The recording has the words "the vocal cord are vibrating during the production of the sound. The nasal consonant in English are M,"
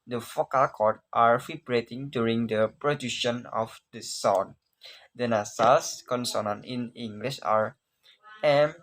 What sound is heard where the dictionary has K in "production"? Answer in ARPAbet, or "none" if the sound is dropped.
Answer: none